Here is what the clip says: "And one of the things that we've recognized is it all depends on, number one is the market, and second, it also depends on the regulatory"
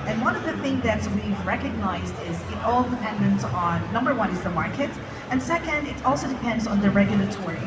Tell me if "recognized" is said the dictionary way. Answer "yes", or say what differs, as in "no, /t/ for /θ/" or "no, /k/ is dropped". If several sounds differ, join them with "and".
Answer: yes